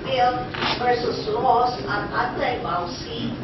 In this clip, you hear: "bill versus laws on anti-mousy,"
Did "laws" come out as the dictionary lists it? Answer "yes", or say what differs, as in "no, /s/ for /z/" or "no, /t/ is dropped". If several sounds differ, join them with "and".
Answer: no, /s/ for /z/